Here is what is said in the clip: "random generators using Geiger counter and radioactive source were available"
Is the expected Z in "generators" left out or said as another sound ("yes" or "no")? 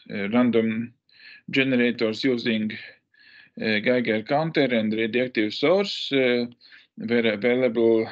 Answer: yes